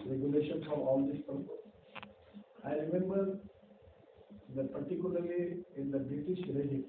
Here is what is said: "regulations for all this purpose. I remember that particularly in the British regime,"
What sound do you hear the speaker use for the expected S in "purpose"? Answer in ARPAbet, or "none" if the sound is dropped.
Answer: none